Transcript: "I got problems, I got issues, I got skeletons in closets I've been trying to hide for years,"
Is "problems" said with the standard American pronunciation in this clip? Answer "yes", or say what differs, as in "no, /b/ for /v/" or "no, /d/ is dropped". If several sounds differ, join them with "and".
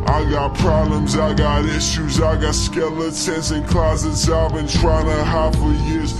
yes